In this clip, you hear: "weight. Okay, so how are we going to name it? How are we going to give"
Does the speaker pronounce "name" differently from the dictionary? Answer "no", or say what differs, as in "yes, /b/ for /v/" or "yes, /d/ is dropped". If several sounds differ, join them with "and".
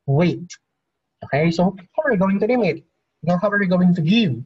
yes, /l/ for /n/